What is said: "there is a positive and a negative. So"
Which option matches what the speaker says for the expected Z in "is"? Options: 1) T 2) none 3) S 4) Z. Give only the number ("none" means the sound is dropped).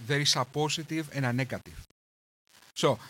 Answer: 3